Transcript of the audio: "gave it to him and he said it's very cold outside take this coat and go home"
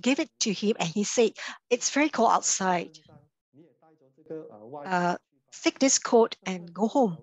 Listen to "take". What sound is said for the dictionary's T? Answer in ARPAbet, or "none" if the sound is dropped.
S